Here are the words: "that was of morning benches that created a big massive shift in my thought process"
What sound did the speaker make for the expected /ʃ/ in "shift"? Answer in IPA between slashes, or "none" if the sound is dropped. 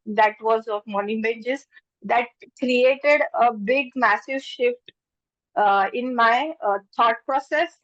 /ʃ/